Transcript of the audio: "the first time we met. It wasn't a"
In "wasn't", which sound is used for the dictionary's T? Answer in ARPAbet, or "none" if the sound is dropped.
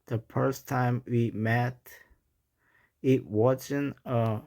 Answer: none